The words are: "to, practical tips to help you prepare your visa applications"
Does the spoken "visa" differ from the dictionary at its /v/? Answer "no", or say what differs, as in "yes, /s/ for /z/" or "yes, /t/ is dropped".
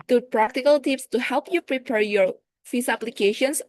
yes, /f/ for /v/